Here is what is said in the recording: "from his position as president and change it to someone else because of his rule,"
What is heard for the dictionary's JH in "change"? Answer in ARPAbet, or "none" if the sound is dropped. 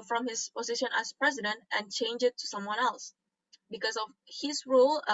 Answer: JH